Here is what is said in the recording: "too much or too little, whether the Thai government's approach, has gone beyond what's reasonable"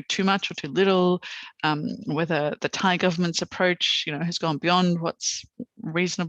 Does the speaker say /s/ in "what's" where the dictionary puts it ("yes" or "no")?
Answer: yes